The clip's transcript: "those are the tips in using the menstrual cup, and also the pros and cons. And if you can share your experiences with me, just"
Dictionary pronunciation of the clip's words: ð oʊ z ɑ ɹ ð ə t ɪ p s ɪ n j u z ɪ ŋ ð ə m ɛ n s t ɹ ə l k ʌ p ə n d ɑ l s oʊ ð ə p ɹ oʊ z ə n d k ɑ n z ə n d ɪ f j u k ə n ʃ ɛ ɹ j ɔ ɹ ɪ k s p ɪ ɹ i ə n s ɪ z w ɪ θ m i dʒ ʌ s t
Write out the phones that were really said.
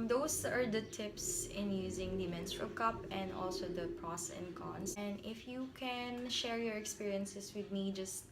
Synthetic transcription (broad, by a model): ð oʊ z ɑ ɹ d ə t ɪ p s ɪ n j u z ɪ ŋ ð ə m ɛ n s t ɹ ə l k ʌ p ə n d ɑ l s oʊ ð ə p ɹ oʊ s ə n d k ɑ n s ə n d ɪ f j u k ə n ʃ ɛ ɹ j ɔ ɹ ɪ k s p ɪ ɹ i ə n s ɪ s w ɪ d m i dʒ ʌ s t